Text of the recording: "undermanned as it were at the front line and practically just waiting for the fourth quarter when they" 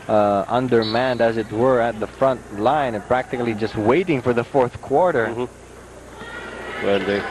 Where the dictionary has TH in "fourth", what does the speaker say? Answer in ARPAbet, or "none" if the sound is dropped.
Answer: TH